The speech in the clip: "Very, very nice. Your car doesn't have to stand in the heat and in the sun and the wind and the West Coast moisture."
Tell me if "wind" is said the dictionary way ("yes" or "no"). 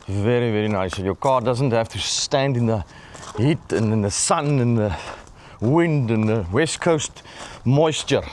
yes